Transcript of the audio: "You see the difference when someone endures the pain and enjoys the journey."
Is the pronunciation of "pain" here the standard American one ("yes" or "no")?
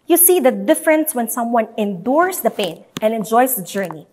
yes